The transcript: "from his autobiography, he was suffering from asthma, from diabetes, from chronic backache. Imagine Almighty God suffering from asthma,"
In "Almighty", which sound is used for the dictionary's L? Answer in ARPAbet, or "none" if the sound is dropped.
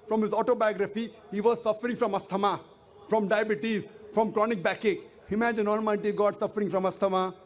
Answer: N